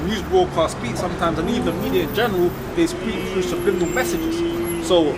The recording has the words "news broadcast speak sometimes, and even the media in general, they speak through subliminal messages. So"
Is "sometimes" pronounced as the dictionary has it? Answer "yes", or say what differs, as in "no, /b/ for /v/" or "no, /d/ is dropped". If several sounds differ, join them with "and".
yes